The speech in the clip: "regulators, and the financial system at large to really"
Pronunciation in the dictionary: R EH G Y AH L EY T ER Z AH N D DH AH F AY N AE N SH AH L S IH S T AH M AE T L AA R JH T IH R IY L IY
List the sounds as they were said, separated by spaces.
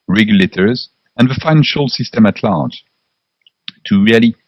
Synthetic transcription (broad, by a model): R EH G Y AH L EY T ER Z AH N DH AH F AY N AE N SH AH L S IH S T AH M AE T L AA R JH T IH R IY L IY